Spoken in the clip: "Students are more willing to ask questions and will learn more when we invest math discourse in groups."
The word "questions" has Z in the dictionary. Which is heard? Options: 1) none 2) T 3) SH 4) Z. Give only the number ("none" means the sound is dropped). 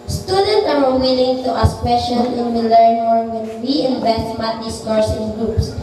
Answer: 1